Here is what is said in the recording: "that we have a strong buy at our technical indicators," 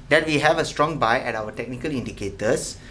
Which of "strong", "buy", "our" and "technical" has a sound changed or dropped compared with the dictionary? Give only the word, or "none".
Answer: our